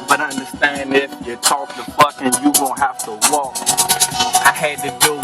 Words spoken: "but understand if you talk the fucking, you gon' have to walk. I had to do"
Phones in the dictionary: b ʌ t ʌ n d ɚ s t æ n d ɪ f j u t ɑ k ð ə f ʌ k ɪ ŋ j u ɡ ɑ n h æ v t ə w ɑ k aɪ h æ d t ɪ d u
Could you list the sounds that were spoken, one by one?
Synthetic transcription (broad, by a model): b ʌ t ʌ n d ɚ s t æ n d ɪ f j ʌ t ɑ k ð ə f ʌ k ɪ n j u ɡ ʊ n h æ f t ə w ɑ k aɪ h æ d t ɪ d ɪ